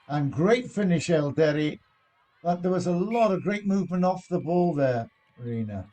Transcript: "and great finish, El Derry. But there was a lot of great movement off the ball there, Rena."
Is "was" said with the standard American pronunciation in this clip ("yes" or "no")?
yes